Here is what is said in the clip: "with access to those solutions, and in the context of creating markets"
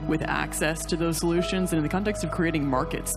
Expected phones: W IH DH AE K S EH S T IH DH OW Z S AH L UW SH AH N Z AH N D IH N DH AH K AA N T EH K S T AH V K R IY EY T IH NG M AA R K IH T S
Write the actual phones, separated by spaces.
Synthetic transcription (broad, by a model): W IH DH AE K S EH S T IH DH OW Z S AH L UW SH AH N Z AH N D IH N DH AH K AA N T EH K S T AH V K R IY EY T IH NG M AA R K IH T S